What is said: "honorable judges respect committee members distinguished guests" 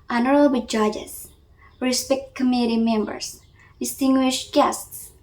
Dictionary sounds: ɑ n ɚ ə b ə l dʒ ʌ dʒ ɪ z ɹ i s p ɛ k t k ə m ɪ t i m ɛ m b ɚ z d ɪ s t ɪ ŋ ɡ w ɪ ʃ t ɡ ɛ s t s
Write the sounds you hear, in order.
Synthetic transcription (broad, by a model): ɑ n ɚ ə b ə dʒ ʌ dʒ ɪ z ɹ i s p ɛ k t k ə m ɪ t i m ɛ m b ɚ s d ɪ s t ɪ ŋ ɡ w ɪ ʃ t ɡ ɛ s t s